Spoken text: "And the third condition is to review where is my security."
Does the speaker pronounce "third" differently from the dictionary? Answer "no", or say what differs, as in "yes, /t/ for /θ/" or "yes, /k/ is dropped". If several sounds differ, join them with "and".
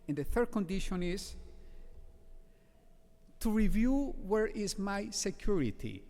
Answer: no